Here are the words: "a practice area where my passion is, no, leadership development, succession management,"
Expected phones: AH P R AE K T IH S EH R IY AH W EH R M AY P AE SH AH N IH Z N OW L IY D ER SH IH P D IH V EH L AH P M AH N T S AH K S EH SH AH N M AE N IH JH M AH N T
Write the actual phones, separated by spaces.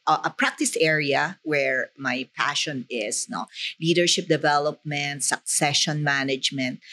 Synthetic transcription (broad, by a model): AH P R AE K T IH S EH R IY AH W EH R M AY P AE SH AH N IH S N OW L IY D ER SH IH P D IH V EH L AH P M AH N T S AH K S EH SH AH N M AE N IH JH M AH N T